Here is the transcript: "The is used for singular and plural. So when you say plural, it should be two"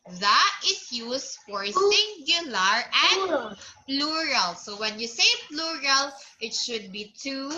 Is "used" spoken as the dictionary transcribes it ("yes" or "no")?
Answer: no